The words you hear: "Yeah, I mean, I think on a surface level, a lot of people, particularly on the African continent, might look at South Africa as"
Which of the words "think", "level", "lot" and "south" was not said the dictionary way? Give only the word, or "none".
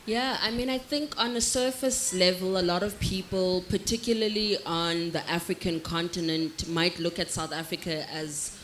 none